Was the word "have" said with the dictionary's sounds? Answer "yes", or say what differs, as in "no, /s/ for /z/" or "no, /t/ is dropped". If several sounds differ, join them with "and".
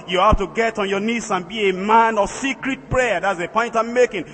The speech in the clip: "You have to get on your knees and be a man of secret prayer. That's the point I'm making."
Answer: no, /f/ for /v/